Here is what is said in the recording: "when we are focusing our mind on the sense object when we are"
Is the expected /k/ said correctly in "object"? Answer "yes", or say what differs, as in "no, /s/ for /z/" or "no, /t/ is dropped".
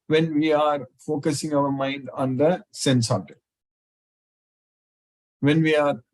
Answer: no, /k/ is dropped